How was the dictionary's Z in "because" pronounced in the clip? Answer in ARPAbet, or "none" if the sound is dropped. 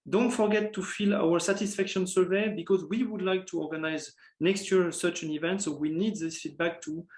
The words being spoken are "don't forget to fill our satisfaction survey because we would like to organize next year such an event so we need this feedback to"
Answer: Z